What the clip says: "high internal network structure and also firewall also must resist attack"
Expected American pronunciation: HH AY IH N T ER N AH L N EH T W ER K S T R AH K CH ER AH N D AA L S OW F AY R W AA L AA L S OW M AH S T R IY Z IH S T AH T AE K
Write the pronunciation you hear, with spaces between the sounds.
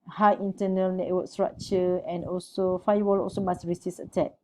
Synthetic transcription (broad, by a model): HH AY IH N T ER N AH L N EH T W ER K S T R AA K CH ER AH N AA L S OW F AY W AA L AA L S OW M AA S R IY S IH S AH T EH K